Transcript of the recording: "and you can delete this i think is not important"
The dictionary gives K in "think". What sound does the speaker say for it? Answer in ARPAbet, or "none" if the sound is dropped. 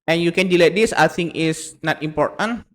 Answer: none